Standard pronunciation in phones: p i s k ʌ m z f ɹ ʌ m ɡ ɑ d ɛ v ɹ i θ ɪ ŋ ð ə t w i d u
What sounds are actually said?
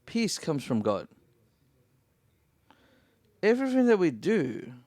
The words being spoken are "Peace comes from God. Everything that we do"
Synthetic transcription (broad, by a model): p i s k ʌ m z f ɹ ʌ m ɡ ɑ d ɛ v ɹ i θ ɪ ŋ ð ə t w i d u